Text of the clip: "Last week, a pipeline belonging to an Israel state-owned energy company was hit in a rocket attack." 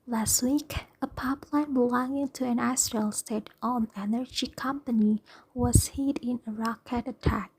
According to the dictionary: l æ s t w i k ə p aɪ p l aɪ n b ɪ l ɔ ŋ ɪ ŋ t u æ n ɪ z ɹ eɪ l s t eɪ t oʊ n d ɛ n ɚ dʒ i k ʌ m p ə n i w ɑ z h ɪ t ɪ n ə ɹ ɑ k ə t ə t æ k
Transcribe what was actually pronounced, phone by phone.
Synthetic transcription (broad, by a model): l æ s t w i k ə p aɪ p l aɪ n b ɪ l ɔ ŋ ɪ ŋ t u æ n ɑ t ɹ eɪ l s t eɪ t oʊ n ɛ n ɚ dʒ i k ʌ m p ə n i w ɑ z h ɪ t ɪ n ə ɹ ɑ k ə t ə t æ k